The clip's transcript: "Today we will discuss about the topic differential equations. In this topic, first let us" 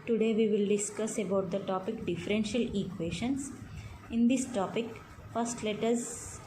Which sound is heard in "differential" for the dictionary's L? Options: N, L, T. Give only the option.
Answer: L